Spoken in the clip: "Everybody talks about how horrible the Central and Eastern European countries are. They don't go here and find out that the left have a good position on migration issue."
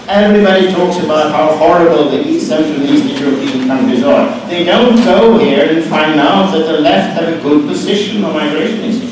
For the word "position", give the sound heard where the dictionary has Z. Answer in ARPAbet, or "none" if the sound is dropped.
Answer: Z